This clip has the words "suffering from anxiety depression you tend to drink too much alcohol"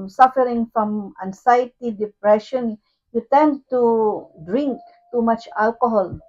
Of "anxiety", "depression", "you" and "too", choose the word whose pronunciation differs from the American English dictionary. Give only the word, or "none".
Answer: anxiety